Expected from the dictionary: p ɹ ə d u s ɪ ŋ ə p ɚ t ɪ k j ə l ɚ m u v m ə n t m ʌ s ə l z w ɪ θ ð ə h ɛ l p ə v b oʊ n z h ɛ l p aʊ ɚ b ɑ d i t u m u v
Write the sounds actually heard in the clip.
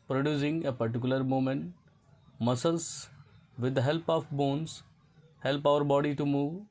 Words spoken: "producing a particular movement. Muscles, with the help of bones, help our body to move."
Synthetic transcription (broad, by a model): p ɹ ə d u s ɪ ŋ ə p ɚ t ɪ k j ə l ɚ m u m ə n t m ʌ s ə l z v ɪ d h ɛ l p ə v b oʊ n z h ɛ l p aʊ ɚ b ɑ d i t u m u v